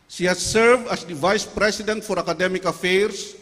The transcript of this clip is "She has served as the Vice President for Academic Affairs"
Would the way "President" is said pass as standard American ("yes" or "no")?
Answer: no